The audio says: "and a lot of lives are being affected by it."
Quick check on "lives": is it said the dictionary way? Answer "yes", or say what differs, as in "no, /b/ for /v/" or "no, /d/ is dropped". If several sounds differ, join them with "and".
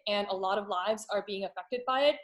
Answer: yes